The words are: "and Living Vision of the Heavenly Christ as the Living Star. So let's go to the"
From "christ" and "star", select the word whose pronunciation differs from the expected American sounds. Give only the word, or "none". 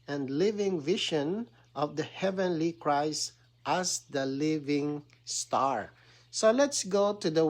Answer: none